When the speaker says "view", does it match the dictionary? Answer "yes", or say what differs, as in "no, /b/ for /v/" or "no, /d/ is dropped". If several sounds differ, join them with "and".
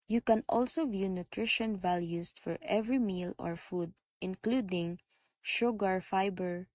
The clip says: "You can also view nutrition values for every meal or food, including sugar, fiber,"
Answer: yes